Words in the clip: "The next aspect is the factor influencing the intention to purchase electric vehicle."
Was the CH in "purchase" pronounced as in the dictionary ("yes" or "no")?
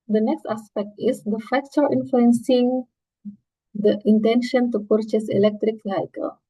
yes